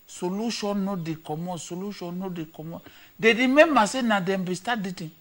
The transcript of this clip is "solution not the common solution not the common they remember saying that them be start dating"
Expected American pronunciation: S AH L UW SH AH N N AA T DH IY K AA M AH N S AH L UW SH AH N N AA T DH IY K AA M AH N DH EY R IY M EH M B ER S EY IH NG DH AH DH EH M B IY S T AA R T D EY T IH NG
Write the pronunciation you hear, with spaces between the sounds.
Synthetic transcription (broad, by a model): S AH L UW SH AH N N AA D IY K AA M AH S AH L UW SH AH N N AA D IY K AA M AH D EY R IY M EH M AA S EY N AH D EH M B IY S T AA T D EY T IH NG